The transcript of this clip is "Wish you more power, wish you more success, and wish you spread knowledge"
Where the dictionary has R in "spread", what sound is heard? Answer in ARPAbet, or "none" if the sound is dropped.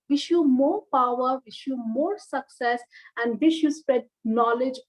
none